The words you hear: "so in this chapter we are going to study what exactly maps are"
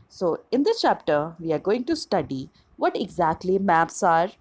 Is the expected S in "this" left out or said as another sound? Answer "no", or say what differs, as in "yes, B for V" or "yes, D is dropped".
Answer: yes, S is dropped